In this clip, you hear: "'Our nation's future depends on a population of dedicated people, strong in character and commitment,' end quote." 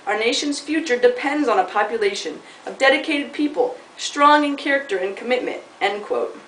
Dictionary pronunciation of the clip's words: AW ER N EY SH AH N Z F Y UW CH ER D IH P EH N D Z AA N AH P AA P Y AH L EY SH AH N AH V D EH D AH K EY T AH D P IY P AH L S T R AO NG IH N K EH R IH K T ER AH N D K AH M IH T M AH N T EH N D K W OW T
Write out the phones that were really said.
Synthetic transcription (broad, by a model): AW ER N EY SH AH N Z F Y UW CH ER D IH P EH N D Z N AH P AA P Y AH L EY SH AH N AH V D EH D AH K EY T AH D P IY P AH L S T R AO NG IH N K EH R IH K T ER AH N K AH M IH T M AH N T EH N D K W OW T